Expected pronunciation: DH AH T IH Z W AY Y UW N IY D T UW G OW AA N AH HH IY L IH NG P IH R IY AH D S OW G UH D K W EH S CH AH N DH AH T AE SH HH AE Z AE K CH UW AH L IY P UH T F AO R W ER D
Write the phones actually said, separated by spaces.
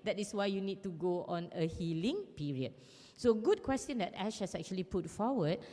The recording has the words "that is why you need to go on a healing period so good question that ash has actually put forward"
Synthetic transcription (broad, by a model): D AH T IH S W AY Y UW N IY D T UW G OW AA N AH HH IY L IH NG P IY R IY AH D S OW G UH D K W EH S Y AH N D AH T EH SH HH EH S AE K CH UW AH L IY P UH T F AO W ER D